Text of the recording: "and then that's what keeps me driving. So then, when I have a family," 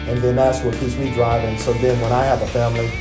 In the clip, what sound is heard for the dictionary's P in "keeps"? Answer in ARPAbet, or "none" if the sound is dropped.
none